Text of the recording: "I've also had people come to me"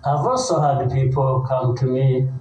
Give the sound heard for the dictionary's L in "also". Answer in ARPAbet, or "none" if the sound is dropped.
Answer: none